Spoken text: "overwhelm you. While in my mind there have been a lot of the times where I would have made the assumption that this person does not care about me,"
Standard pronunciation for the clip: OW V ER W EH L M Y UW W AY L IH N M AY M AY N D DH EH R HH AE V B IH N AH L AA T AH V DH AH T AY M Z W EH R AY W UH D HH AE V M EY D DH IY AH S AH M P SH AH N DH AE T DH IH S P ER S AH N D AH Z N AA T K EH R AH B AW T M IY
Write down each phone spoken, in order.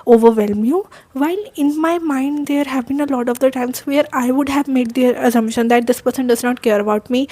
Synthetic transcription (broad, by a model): OW V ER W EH L M Y UW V AY L IH N M AY M AY N D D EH R HH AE V B IH N AH L AA T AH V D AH T AY M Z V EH R AY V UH D HH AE V M EY D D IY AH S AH M SH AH N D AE T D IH S P ER S AH N D AH Z N AA T K EH R AH B AW T M IY